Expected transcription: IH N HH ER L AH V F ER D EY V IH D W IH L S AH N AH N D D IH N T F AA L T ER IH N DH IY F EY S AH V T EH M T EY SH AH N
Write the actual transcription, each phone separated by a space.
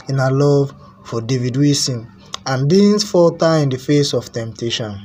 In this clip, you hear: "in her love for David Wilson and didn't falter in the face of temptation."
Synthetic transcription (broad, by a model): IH N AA L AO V F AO D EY V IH D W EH S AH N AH N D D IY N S F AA T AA IH N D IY F EY S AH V T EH M T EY SH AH N